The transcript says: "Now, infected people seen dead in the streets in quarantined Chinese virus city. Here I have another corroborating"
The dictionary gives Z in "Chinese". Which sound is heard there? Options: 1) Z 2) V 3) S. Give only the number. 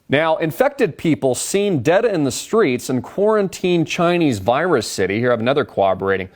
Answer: 1